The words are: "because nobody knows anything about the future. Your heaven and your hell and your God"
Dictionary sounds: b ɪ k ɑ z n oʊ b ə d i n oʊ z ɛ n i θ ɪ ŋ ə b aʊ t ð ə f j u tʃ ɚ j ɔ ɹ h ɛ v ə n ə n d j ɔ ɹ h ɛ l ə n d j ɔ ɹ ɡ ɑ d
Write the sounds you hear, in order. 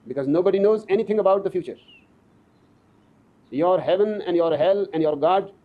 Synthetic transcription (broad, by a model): b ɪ k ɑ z n oʊ b ə d i n oʊ z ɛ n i t ɪ ŋ ə b aʊ t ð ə f j u tʃ ɚ j ɔ ɹ h ɛ v ə n ə n d j ɔ ɹ h ɛ l ə n d j ɔ ɹ ɡ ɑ d